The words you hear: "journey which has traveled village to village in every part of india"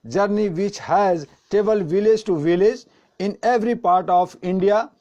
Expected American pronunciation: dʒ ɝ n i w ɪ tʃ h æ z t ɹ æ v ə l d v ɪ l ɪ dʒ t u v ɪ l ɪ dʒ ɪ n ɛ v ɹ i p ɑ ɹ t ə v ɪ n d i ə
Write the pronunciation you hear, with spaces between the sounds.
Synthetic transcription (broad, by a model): dʒ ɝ n i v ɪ tʃ h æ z t ɛ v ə l v ɪ l ɪ dʒ t u v ɪ l ɪ dʒ ɪ n ɛ v ɹ i p ɑ ɹ t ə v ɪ n d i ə